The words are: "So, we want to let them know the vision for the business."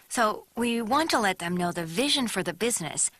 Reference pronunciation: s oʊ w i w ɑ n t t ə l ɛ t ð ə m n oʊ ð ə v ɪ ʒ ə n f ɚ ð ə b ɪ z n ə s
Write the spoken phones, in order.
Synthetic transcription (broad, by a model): s oʊ w i w ɑ n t t ə l ɛ t ð ə m n oʊ ð ə v ɪ ʒ ə n f ɚ ð ə b ɪ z n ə s